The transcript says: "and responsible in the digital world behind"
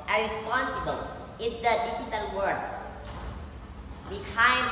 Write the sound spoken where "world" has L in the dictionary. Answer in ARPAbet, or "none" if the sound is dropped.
none